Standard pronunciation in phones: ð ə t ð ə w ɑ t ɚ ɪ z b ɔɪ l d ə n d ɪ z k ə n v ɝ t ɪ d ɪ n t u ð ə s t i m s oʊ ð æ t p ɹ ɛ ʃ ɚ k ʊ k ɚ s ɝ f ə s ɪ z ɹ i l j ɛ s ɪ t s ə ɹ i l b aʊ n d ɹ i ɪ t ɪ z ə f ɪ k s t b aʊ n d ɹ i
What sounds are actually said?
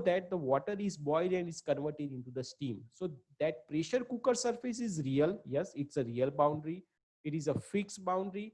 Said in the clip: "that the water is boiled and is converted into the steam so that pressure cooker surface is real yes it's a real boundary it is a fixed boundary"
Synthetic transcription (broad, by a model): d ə t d ə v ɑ t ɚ ɪ z b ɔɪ d ə n d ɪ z k ə n v ɝ t ɪ d ɪ n t u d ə s t i m s oʊ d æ t p ɹ ɛ ʃ ɚ k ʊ k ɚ s ɝ f ə s ɪ z ɹ i l j ɛ s ɪ t s ə ɹ i l b aʊ n d ɹ i ɪ t ɪ z ə f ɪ k s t b aʊ n d ɹ i